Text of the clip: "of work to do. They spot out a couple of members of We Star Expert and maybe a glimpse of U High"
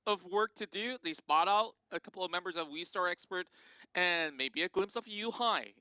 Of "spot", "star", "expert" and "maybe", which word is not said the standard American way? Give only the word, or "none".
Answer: none